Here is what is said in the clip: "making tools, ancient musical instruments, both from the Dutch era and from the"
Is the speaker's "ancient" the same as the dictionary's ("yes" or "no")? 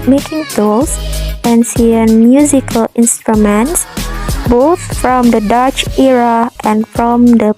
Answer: no